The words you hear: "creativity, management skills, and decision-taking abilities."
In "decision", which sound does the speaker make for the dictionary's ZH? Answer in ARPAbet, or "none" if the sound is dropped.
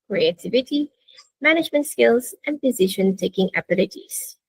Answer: SH